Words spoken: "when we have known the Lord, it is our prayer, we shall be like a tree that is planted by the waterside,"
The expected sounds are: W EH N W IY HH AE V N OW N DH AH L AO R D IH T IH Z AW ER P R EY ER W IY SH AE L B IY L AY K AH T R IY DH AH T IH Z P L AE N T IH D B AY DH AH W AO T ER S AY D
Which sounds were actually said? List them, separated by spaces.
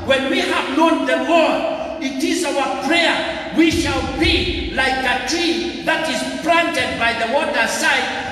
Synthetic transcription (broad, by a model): W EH N W IY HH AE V N OW N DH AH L AO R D IH T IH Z AW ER P R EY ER W IY SH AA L B IY L AY K AH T IY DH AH T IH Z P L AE N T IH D B AY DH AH W AO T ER S AY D